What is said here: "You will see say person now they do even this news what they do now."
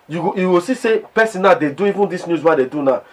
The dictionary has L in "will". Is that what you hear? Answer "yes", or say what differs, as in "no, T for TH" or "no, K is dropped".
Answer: no, W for L